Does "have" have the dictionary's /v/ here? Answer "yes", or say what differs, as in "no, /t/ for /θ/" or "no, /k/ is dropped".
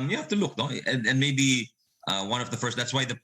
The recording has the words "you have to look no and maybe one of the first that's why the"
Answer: no, /f/ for /v/